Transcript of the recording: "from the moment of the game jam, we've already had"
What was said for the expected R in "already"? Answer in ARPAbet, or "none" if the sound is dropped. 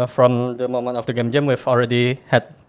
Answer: R